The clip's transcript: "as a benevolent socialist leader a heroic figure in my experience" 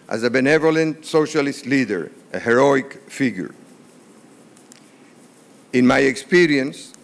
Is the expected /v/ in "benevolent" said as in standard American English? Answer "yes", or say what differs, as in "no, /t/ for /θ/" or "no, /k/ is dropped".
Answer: yes